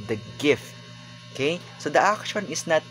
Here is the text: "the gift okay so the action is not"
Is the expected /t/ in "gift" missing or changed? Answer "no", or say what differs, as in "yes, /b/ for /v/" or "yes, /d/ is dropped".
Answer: no